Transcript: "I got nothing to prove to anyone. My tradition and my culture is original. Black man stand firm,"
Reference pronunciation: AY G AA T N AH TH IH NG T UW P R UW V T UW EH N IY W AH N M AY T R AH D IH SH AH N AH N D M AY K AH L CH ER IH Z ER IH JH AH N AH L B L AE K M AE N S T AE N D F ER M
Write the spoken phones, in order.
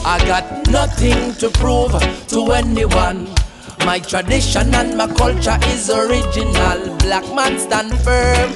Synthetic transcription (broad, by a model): AY G AA T N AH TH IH NG T UW P R UW V T UW EH N IY W AH N M AY T R AH D IH SH AH N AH N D M AY K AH L CH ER IH Z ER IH JH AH N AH L B L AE K M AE N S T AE N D F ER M